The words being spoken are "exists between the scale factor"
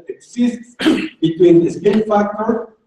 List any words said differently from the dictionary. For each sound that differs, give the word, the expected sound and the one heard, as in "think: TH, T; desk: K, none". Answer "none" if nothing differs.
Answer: scale: L, N